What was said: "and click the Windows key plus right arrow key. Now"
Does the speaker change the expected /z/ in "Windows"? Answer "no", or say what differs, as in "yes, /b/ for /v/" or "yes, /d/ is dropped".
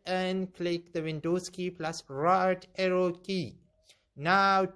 yes, /s/ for /z/